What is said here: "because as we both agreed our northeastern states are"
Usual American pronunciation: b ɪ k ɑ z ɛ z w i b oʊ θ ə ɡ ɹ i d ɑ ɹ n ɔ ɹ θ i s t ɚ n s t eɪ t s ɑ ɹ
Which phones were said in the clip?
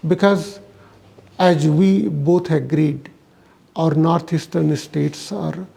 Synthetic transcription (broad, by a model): b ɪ k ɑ z ɛ z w i b oʊ t ə ɡ ɹ i d ɑ ɹ n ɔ ɹ t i s t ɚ n s t eɪ t s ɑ ɹ